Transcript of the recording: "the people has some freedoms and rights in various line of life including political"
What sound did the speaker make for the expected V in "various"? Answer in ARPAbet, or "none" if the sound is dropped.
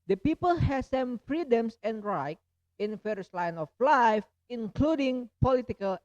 F